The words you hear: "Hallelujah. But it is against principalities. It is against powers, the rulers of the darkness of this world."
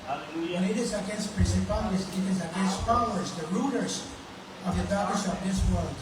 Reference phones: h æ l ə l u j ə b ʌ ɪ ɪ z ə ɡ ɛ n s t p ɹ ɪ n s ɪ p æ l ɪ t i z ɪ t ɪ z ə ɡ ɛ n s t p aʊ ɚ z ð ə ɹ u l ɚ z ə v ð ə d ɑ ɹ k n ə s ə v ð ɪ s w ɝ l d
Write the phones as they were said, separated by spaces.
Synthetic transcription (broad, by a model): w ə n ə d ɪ ɪ z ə ɡ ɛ n s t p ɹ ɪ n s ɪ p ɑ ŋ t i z ɪ t ɪ z ə ɡ ɛ n s t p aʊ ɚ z ð ə ɹ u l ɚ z ə v ð ə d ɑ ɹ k ə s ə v ð ɪ s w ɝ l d